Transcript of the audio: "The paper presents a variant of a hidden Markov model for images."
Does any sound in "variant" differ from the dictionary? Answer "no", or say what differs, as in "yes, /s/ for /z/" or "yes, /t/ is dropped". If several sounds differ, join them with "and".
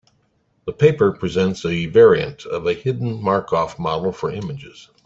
no